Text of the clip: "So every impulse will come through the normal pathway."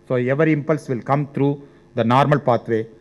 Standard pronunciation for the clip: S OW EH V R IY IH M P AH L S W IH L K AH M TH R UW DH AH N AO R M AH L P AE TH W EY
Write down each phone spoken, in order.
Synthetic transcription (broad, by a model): S OW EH V R IH M P AH L S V IH L K AH M T R UW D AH N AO R M AH L P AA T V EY